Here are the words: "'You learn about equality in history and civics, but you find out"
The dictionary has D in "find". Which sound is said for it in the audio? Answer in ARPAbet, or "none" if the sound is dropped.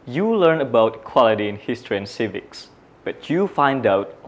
D